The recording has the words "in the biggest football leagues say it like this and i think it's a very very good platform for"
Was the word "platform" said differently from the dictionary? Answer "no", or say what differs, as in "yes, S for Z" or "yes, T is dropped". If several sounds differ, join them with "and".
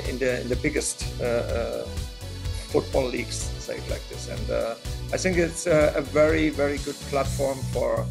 no